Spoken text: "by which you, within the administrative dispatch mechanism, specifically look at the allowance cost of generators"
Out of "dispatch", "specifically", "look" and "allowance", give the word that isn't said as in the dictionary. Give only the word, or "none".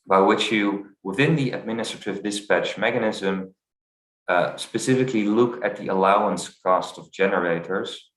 none